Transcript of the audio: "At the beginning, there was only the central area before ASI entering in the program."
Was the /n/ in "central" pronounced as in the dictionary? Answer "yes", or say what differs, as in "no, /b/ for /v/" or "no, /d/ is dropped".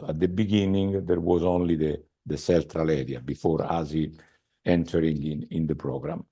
no, /l/ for /n/